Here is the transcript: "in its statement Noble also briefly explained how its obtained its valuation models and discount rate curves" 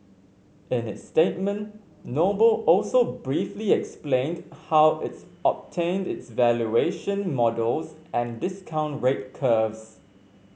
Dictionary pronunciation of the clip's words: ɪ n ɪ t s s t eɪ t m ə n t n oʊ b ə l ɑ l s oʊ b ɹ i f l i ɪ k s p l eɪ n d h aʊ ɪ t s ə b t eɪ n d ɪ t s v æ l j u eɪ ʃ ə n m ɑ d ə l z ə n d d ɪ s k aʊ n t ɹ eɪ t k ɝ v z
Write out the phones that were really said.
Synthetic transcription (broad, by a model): ɪ n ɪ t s s t eɪ t m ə n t n oʊ b ə l ɑ l s oʊ b ɹ i f l i ɪ k s p l eɪ n d h aʊ ɪ t s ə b t eɪ n d ɪ t s v æ l j u eɪ ʃ ə n m ɑ d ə l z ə n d d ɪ s k aʊ n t ɹ eɪ t k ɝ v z